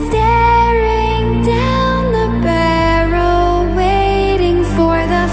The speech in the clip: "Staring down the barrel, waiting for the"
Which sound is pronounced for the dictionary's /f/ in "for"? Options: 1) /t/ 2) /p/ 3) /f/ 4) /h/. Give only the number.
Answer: 3